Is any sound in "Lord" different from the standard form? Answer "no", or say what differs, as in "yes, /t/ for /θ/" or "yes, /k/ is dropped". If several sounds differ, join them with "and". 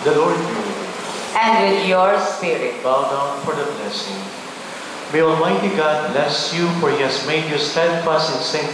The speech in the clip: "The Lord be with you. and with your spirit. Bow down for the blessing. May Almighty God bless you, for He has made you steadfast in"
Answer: no